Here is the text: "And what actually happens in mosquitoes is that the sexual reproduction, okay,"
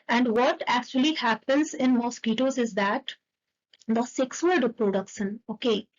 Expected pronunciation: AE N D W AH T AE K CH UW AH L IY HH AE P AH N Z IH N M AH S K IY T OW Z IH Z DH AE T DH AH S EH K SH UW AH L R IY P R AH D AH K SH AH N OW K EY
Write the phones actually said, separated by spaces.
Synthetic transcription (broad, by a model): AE N D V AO T AE K CH UW AH L IY HH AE P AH N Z IH N M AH S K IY T OW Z IH Z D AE T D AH S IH K S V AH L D P R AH D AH K SH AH N OW K EY